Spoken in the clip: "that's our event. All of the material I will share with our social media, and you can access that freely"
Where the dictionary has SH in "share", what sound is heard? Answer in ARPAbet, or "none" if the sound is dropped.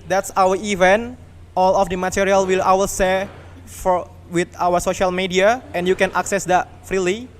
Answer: S